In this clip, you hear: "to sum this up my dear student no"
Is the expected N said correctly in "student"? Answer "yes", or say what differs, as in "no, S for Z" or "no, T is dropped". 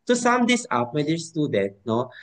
no, N is dropped